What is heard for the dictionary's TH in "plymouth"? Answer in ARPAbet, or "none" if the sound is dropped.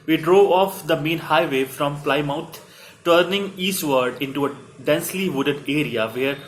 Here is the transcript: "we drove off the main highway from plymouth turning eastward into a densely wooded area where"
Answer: T